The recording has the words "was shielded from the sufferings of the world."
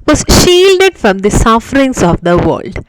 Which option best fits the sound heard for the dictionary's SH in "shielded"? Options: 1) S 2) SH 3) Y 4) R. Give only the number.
2